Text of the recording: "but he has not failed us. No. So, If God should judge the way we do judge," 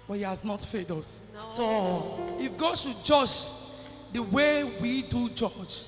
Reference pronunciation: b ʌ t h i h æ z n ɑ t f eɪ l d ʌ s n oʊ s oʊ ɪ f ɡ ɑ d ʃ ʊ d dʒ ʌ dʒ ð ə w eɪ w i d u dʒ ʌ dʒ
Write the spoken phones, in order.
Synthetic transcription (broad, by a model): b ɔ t h i h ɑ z n ɑ t f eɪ d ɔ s s oʊ ɪ f ɡ ɑ d ʃ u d dʒ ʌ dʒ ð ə w eɪ w i d u dʒ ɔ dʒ